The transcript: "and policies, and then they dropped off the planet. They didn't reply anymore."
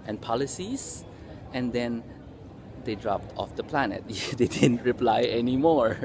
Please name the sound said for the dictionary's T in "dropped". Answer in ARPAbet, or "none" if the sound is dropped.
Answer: T